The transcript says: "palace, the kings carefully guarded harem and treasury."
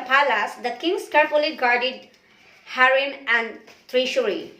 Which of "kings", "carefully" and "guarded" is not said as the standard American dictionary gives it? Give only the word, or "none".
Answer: kings